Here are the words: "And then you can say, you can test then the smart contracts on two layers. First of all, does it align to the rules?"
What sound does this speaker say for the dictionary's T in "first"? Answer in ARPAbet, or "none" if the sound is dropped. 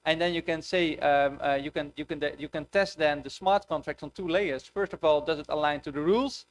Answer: T